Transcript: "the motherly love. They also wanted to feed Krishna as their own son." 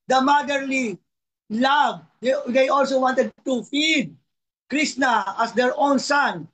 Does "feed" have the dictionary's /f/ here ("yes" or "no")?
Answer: yes